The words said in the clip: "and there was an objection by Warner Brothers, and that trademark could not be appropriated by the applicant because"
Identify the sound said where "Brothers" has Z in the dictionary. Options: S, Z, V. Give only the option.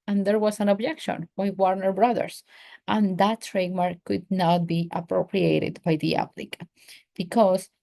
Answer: S